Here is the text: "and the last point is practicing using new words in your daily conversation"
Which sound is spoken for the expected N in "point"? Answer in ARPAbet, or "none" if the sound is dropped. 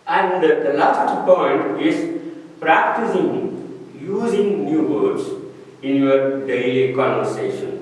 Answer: N